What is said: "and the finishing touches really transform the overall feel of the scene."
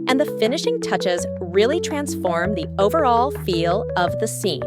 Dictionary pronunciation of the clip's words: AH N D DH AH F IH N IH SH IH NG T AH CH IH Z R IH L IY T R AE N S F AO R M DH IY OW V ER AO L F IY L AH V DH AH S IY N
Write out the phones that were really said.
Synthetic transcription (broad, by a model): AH N DH AH F IH N IH SH IH NG T AH CH IH Z R IH L IY T R AE N S F AO R M DH IY OW V ER AO L F IY L AH V DH AH S IY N